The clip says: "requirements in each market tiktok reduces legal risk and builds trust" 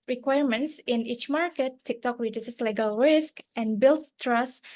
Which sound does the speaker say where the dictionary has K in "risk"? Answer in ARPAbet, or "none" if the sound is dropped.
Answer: K